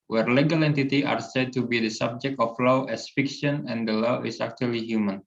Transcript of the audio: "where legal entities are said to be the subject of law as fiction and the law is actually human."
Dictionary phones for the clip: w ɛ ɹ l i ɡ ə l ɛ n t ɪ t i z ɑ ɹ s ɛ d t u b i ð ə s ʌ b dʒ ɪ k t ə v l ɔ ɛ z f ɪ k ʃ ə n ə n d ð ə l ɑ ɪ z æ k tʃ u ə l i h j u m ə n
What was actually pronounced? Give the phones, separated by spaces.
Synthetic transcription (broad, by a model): w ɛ ɹ l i ɡ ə l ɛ n t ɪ t i ɑ ɹ s ɛ d t u b i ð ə s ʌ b dʒ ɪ k t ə f l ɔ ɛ s f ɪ k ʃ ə n ə n d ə l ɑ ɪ s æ k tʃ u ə l i h j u m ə n